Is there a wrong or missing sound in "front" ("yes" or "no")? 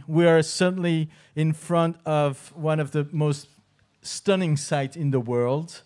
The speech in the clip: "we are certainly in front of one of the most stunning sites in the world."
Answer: no